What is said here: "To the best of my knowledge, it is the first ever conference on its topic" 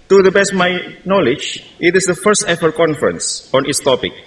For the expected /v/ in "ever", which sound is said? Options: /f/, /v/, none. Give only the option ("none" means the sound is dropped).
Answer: /f/